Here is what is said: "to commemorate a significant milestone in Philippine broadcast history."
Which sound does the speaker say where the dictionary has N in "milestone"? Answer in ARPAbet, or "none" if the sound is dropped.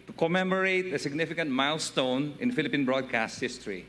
N